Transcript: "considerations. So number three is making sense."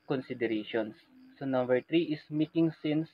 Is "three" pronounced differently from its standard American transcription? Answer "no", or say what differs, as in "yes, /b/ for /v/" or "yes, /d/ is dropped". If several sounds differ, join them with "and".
yes, /t/ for /θ/